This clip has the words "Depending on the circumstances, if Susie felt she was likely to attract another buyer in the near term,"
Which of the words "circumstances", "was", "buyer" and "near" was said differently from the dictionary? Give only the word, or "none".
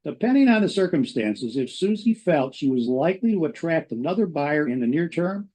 none